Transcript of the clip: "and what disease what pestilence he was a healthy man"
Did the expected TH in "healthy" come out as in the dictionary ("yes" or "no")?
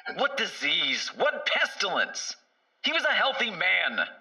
yes